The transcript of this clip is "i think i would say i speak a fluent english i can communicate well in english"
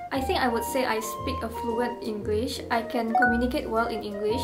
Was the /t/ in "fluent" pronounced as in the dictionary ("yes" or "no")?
yes